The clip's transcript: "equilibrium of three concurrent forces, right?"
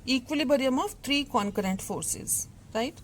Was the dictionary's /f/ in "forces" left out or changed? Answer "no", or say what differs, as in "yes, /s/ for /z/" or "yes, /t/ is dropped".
no